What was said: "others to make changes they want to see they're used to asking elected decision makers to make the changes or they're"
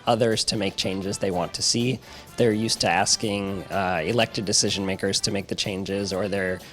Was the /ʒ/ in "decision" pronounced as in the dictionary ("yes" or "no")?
yes